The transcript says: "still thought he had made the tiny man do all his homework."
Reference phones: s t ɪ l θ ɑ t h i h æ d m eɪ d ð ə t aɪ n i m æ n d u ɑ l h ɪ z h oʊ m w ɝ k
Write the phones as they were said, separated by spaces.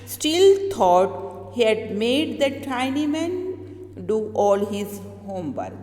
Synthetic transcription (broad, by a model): s t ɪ l t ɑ t h i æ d m eɪ d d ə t aɪ n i m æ n d u ɑ l h ɪ z h oʊ m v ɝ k